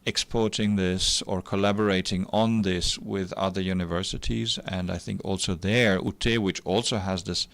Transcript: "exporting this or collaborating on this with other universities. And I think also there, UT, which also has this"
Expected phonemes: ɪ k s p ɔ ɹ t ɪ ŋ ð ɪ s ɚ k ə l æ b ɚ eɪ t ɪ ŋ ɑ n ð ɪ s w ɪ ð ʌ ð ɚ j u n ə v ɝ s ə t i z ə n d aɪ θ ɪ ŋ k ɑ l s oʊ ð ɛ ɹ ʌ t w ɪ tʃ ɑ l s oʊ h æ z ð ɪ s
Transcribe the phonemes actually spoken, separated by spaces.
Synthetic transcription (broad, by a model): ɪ k s p ɔ ɹ t ɪ ŋ ð ɪ s ɚ k ə l æ b ɚ eɪ t ɪ ŋ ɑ n ð ɪ s w ɪ ð ʌ ð ɚ j u n ə v ɝ s ə t i z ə n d aɪ θ ɪ ŋ k ɑ l s oʊ ð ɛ ɹ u t w ɪ tʃ ɑ l s oʊ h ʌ z ð ɪ s